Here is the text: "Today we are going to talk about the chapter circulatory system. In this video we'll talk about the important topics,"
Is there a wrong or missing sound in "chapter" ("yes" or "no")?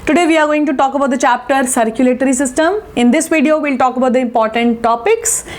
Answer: no